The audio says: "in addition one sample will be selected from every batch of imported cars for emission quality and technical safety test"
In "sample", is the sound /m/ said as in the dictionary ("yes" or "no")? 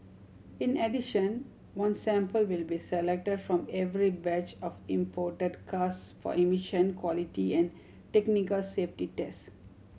yes